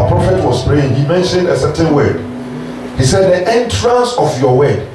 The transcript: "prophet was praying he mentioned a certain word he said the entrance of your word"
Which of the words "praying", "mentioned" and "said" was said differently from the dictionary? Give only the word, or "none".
none